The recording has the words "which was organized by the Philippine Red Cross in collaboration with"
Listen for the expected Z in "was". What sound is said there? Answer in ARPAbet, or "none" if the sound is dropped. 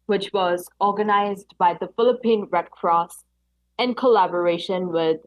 Z